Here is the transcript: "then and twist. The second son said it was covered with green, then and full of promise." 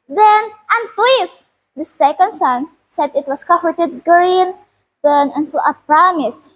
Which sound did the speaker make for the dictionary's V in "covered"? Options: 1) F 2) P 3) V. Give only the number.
1